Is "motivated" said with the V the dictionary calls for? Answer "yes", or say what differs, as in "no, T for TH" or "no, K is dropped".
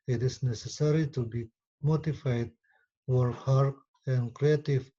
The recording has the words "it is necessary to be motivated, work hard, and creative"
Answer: no, F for V